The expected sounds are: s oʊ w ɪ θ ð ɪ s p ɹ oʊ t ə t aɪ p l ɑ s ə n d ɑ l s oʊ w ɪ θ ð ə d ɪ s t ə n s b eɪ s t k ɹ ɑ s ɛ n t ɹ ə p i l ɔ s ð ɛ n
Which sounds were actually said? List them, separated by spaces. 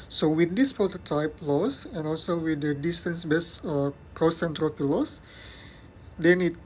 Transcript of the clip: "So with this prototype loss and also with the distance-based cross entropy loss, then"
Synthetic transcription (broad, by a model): s oʊ w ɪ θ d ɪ s p ɹ oʊ t ə t aɪ p l ɑ s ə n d ɑ l s oʊ w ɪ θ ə d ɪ s t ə n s b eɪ s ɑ k ɑ s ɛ n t ɹ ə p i l ɔ s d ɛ n